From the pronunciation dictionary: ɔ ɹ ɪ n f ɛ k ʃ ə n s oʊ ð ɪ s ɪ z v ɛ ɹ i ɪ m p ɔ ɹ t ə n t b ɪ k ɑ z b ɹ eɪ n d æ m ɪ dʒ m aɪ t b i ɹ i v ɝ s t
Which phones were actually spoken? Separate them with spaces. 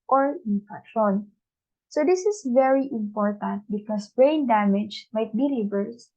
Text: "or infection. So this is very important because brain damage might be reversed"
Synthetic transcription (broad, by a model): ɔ ɹ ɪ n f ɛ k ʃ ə n s oʊ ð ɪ s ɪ s v ɛ ɹ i ɪ m p ɔ ɹ t ə n t b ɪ k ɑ s b ɹ eɪ n d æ m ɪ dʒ m aɪ t b i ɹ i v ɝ s